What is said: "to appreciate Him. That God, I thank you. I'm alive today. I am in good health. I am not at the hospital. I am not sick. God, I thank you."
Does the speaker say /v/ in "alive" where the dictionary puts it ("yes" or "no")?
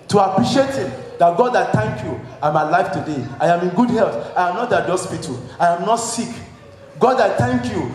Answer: no